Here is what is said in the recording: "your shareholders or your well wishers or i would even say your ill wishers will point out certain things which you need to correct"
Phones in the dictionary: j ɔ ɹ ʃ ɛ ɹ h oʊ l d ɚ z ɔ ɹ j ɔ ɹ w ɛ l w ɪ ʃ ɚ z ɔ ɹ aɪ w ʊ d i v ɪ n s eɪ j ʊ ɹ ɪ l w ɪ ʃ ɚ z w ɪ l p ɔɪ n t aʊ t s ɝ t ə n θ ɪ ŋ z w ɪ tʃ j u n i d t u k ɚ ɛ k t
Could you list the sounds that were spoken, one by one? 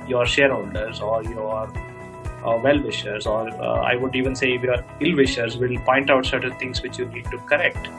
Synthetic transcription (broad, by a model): j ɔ ɹ ʃ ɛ ɹ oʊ n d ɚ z ɔ ɹ j ɔ ɹ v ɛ l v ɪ ʃ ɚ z ɔ ɹ aɪ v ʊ d i v ɪ n s eɪ j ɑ ɹ ɪ l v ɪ ʃ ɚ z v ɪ l p ɔɪ n t aʊ t s ɝ t ə n t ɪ ŋ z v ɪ tʃ j u n i d t u k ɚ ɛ k t